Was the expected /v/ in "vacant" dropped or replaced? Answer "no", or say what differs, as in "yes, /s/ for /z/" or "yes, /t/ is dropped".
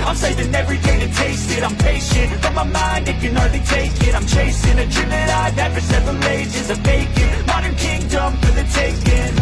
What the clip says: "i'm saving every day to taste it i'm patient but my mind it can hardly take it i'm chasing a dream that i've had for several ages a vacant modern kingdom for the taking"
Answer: yes, /b/ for /v/